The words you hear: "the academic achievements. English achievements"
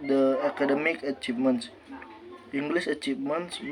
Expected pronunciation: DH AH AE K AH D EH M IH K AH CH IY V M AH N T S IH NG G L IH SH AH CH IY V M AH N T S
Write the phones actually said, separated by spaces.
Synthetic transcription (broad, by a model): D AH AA K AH D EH M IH K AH CH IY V M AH N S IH NG G L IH S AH CH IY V M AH N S